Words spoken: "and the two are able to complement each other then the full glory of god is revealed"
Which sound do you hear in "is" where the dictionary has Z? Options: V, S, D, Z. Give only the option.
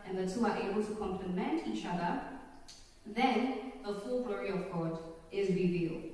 Z